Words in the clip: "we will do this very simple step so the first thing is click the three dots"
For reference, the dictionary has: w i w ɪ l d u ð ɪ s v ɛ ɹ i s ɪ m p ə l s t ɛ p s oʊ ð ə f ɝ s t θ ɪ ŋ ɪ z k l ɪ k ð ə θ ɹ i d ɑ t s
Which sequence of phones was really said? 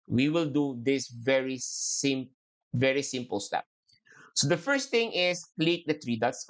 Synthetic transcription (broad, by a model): w i w ɪ l d u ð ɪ s v ɛ ɹ i s ɪ m p ə l s t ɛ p s oʊ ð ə f ɝ s t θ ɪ ŋ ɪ s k l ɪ k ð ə t ɹ i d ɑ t s